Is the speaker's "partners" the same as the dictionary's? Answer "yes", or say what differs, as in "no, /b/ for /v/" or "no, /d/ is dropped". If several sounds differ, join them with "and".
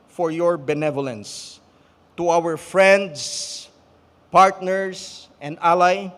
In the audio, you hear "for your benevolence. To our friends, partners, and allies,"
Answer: no, /s/ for /z/